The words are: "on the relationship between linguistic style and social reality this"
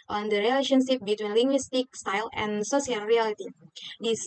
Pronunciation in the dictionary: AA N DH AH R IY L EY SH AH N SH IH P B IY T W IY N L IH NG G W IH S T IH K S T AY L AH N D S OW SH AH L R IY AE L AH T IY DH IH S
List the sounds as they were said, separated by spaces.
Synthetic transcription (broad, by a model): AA N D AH R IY L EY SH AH N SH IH P B IY T W IY N L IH NG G W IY S T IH K S T AY L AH N S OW S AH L R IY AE L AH T IY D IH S